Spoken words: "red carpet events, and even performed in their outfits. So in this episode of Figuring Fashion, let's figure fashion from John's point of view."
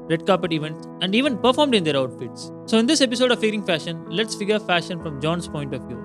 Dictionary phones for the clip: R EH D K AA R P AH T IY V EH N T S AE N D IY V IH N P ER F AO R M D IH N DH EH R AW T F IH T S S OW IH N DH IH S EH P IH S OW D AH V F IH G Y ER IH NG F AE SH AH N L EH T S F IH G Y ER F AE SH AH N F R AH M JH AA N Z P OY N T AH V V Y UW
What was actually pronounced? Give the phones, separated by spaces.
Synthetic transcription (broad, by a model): R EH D K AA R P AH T IY V EH N T S AE N D IY V IH N P ER F AO R M D IH N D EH R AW T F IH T S S OW IH N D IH S EH P IH S OW D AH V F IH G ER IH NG F AE SH AH N L EH T S F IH G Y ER F AE SH AH N F R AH M JH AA N S P OY N T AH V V Y UW